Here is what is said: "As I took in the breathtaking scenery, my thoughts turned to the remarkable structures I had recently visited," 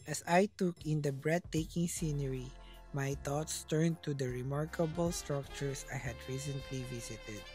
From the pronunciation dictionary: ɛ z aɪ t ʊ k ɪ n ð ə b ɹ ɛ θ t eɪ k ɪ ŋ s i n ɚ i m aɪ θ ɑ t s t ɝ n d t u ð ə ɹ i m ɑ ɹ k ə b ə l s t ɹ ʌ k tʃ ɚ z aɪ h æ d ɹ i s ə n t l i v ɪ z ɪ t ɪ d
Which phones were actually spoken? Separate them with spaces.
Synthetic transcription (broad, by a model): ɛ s aɪ t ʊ k ɪ n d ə b ɹ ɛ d t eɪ k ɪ ŋ s i n ɚ i m aɪ t ɑ t s t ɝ n t u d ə ɹ i m ɑ ɹ k ə b ə l s t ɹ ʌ k tʃ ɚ s aɪ h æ d ɹ i s ə n t l i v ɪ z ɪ t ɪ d